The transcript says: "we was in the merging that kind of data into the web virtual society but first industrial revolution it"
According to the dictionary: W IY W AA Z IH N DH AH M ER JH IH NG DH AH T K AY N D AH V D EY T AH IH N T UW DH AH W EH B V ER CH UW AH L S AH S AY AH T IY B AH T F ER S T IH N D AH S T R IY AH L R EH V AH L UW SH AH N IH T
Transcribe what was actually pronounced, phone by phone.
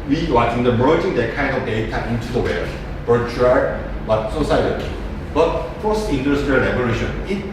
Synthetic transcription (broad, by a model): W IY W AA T IH N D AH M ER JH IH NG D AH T K AY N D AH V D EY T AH IH N T UW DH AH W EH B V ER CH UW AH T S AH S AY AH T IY B AH T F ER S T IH N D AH S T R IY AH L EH B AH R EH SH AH N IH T